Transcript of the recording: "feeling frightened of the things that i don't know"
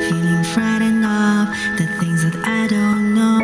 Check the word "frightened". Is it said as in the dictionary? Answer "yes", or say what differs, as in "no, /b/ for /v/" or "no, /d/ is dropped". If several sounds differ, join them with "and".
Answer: no, /d/ is dropped